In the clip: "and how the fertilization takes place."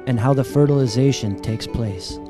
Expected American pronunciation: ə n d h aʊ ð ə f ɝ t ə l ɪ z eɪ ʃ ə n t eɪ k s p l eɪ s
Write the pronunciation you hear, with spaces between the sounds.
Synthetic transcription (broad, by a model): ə n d h aʊ ð ə f ɝ t ə l ɪ z eɪ ʃ ə n t eɪ k s p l eɪ s